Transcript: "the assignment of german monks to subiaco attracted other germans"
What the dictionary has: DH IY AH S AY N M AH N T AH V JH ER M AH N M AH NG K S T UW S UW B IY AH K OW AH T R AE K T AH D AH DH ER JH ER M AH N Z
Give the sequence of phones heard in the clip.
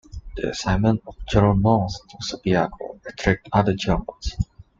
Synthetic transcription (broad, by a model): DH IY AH S AY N M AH N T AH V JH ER AH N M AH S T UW S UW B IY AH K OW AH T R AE K T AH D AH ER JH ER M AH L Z